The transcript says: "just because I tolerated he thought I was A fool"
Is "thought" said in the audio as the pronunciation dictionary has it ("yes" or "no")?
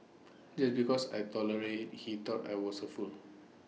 no